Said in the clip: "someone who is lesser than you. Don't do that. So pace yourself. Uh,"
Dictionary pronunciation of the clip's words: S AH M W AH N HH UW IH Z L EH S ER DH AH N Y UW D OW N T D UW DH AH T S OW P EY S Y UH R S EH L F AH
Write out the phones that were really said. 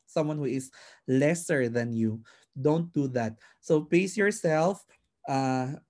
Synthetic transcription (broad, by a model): S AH M W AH N HH UW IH S L EH S ER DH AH N Y UW D OW N T D UW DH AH T S OW P EY S Y UH R S EH L F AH